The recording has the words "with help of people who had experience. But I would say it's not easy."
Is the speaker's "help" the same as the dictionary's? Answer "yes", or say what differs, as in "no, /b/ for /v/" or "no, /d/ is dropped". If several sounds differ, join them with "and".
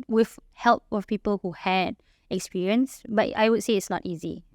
yes